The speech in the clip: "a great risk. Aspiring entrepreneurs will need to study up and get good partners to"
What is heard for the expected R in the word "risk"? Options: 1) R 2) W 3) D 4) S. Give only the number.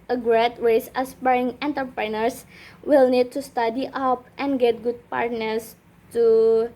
2